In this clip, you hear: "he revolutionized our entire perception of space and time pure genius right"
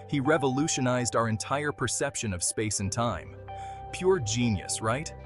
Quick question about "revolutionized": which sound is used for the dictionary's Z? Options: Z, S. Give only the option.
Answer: Z